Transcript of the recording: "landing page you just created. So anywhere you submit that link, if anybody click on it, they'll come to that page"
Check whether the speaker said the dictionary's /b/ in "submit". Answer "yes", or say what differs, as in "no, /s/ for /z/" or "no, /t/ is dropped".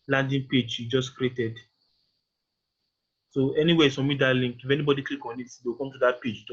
no, /b/ is dropped